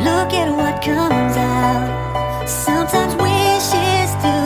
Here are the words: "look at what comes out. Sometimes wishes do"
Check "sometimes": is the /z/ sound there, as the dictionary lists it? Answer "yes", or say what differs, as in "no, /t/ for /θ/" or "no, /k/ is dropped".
yes